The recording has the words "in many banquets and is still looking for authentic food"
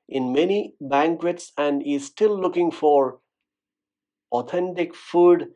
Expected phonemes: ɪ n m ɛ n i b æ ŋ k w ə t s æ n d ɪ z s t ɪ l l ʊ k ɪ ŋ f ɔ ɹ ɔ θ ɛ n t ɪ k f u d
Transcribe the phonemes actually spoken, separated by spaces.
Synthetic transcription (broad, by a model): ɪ n m ɛ n i b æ ŋ k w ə t s æ n d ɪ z s t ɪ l l ʊ k ɪ ŋ f ɔ ɹ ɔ t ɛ n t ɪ k f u d